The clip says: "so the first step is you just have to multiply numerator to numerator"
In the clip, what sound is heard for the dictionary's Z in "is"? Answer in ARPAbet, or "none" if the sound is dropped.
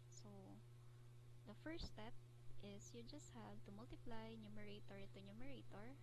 S